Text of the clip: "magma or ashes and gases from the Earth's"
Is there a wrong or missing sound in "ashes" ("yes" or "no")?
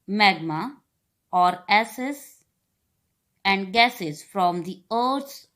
yes